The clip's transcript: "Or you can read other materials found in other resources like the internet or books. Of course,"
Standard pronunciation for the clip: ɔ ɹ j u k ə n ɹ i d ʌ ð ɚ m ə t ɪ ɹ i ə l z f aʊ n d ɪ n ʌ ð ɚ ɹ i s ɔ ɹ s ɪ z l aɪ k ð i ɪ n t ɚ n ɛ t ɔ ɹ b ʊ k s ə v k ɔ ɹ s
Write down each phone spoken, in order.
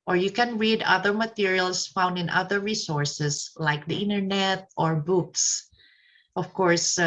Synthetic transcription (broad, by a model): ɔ ɹ j u k ə n ɹ i d ʌ ð ɚ m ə t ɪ ɹ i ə l s f aʊ n d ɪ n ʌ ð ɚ ɹ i s ɔ ɹ s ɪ s l aɪ k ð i ɪ n t ɚ n ɛ t ɔ ɹ b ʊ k s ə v k ɔ ɹ s